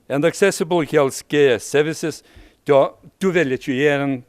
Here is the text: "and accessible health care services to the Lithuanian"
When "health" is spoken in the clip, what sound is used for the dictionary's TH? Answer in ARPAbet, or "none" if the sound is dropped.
S